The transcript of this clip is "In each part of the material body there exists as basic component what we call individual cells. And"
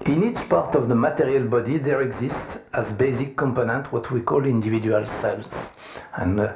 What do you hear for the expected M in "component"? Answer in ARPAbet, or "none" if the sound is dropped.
M